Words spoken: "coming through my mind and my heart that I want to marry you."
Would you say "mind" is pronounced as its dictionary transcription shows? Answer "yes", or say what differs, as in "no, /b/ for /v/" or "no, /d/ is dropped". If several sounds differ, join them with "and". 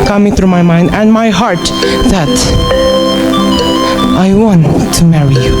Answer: yes